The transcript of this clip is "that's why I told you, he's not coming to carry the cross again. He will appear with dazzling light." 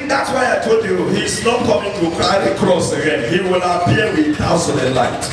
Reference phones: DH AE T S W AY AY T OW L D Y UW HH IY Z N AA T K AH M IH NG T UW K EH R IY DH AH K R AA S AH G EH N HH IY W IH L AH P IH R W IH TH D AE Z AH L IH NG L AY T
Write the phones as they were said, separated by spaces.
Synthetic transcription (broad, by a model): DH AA T S W AY AY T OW D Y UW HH IY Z N AA T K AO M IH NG T UW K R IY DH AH K R AA S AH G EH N HH IY W IH L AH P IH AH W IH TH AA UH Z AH N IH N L AY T